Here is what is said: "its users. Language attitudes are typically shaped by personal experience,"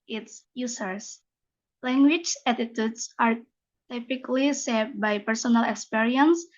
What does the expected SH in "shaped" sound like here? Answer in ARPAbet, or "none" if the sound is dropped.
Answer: S